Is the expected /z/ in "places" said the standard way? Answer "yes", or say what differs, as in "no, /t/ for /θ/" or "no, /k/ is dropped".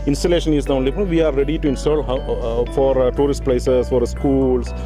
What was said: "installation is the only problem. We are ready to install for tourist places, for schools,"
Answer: no, /s/ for /z/